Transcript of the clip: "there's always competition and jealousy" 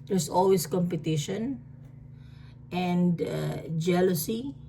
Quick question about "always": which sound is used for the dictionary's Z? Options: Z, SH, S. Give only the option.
S